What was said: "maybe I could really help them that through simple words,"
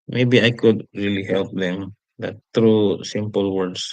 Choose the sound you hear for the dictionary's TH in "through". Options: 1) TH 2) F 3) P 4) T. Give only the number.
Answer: 4